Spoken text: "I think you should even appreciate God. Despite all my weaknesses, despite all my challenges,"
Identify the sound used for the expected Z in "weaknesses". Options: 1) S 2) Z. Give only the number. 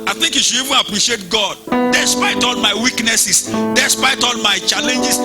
1